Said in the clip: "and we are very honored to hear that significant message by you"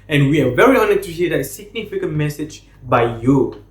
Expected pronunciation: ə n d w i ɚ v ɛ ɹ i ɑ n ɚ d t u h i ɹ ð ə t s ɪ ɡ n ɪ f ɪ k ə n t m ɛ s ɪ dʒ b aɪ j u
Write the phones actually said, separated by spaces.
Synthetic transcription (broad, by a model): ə n w i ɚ v ɛ ɹ i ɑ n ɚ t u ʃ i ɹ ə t s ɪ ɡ n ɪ f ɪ k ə n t m ɛ s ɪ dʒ b aɪ j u